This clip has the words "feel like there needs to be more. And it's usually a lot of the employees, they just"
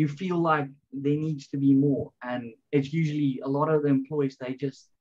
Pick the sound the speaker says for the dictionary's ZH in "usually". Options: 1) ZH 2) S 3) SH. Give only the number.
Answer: 1